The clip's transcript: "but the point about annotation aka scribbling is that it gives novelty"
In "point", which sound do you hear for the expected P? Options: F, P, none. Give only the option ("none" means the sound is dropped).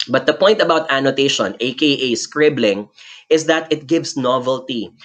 P